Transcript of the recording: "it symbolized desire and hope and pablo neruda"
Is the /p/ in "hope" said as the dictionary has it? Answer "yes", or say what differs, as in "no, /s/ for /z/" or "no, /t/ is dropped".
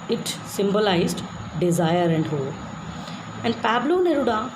no, /p/ is dropped